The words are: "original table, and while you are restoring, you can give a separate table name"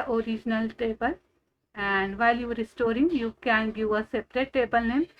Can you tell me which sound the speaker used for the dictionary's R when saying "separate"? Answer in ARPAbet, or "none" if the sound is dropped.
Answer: R